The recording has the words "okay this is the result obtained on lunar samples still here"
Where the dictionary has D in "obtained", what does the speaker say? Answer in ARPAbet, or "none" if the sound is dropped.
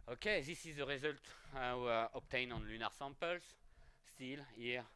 none